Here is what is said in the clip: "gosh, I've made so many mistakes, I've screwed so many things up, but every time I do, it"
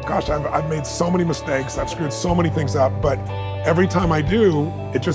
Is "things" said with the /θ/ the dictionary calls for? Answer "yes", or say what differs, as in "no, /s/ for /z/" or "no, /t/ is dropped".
yes